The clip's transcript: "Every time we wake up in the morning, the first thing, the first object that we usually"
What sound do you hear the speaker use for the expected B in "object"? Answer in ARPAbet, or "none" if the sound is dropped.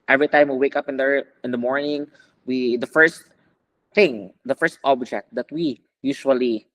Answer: B